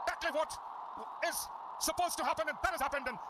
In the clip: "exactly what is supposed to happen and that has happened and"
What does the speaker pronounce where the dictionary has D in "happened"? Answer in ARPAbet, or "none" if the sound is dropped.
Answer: D